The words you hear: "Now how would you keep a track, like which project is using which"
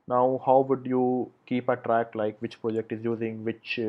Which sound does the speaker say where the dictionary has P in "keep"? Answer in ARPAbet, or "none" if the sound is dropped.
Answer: P